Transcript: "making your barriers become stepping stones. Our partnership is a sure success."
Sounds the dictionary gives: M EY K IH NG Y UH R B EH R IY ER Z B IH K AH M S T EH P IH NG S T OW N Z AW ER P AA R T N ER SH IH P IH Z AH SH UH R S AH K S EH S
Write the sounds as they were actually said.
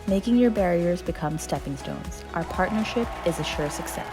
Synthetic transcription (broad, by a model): M EY K IH NG Y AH R B EH R IY ER Z B IH K AH M S T EH P IH NG S T OW N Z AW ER P AA R T N ER SH IH P IH Z AH SH UH R S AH K S EH S